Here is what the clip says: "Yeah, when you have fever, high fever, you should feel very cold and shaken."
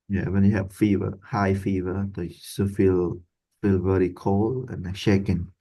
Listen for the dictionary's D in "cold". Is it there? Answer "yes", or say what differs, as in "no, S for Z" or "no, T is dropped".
no, D is dropped